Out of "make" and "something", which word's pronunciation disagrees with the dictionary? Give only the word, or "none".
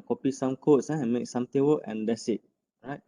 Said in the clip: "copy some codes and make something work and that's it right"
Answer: something